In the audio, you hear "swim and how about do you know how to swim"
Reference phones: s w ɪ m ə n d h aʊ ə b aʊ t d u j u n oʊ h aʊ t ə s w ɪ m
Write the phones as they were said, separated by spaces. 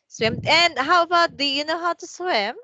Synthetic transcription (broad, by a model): s w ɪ m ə n h aʊ ə b aʊ t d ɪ j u n oʊ h aʊ t ə s w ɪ m